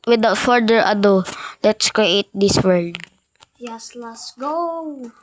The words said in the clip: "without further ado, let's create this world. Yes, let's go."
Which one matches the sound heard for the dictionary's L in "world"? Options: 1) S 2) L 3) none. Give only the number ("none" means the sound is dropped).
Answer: 3